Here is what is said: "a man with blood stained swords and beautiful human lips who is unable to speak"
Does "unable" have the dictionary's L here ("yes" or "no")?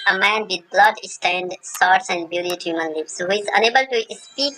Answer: yes